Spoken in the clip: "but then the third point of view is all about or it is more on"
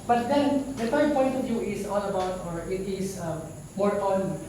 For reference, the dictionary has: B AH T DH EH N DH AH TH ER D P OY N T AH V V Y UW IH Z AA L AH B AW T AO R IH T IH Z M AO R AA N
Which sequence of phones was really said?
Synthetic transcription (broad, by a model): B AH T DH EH N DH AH F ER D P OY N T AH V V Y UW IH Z AA L AH B AW T AO R IH T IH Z M AO R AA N